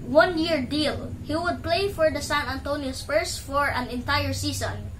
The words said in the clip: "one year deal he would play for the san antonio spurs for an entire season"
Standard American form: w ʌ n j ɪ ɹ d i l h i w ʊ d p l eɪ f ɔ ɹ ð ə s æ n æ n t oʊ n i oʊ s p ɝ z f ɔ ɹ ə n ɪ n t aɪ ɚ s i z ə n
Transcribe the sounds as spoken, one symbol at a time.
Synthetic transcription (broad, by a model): w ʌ n j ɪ ɹ d i l h i w ʊ d p l eɪ f ɔ ɹ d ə s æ n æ n t oʊ n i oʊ s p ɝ s f ɔ ɹ ə n ɪ n t aɪ ɚ s i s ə n